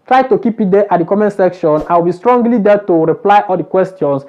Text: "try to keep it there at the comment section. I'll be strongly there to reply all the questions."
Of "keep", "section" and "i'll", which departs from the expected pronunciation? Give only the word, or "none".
i'll